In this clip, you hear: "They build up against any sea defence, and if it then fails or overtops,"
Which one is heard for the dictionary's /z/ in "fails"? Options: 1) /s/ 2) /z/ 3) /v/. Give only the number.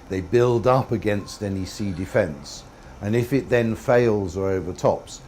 2